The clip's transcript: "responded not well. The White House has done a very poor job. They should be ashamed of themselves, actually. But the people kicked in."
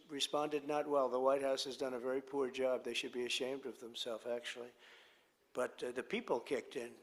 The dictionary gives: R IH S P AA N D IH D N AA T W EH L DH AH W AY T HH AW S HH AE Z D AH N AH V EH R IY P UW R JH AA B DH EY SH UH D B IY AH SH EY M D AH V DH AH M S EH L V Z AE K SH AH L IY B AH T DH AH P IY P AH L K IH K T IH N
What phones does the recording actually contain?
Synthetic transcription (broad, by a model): R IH S P AA N D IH D N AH T W EH L DH AH W AY T HH AW S HH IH Z D AH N AH V EH R IY P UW R JH AA B DH EY SH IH D B IY AH SH EY M D AH V DH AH M S EH L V AE K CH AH L IY B AH T DH AH P IY P L K IH K T IH N